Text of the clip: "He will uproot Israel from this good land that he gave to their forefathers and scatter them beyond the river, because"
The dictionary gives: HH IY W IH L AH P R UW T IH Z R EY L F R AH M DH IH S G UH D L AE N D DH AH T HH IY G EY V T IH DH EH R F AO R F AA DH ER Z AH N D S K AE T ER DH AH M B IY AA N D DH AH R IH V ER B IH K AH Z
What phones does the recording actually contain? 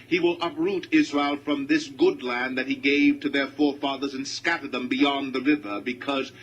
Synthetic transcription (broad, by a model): HH IY W IH L AH P R UW T IH Z R EY L F R AH M DH IH S G UH D L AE N DH AH T HH IY G EY V T IH DH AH R F AO R F AA DH ER Z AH N S K AE T ER DH AH M B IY AA N DH AH R IH V ER B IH K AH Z